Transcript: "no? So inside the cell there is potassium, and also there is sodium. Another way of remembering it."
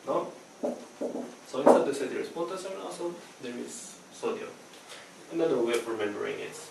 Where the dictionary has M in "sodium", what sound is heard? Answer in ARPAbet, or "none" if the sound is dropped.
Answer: none